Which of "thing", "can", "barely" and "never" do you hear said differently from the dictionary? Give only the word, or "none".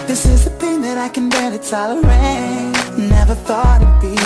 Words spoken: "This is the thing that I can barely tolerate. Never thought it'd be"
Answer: barely